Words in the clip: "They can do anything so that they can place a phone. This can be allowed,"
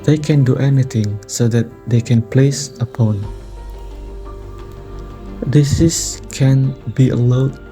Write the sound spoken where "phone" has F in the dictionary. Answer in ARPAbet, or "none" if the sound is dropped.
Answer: P